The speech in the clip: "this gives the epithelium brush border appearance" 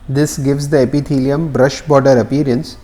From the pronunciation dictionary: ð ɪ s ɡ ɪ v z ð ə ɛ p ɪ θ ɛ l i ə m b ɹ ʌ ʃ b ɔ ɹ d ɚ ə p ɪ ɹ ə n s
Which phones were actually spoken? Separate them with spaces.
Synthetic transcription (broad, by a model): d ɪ s ɡ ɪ v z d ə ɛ p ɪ t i l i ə m b ɹ ʌ ʃ b ɔ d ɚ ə p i ɹ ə n s